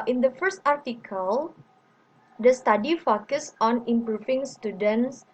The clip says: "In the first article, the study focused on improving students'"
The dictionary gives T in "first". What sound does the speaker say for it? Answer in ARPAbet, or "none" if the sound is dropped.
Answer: T